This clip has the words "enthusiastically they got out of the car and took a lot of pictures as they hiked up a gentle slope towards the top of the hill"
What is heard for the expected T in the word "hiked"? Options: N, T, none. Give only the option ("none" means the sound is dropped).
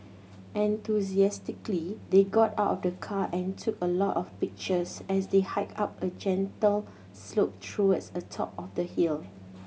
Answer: none